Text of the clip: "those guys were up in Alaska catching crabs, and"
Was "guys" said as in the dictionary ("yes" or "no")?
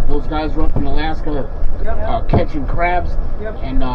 yes